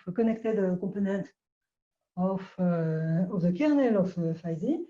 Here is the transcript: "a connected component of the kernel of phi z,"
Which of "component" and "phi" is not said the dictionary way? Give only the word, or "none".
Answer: component